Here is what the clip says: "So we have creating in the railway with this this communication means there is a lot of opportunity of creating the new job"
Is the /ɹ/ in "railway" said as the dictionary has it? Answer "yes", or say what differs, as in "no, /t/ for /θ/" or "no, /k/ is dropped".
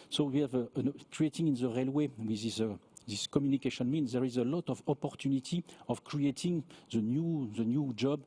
yes